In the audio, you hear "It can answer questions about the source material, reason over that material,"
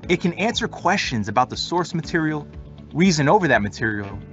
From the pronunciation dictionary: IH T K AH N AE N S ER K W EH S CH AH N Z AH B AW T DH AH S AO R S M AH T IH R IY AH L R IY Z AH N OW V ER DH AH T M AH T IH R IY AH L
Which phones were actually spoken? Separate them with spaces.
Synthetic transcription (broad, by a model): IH T K AH N AE N S ER K W EH S CH AH N Z AH B AW T DH AH S AO R S M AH T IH R IY L R IY Z AH N OW V ER DH AH T M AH T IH R IY L